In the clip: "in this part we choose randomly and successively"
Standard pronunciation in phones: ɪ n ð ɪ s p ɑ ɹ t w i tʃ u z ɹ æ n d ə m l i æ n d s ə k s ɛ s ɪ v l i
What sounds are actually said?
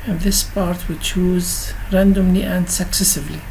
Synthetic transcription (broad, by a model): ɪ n ð ɪ s p ɑ ɹ t w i tʃ u z ɹ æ n d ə m l i æ n d s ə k s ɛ s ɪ v l i